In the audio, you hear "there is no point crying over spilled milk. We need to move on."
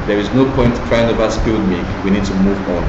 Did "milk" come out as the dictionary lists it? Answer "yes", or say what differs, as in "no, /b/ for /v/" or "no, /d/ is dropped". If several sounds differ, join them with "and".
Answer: no, /l/ is dropped